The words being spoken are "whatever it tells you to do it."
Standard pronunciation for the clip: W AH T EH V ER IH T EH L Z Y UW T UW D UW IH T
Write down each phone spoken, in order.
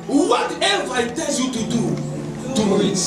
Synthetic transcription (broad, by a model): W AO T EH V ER IH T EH Z Y UW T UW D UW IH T